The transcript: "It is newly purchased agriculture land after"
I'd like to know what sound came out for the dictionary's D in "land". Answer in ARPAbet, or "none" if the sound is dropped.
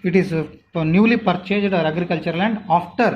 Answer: D